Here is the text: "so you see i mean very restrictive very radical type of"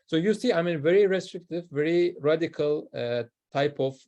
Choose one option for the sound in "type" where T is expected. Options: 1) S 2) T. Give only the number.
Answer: 2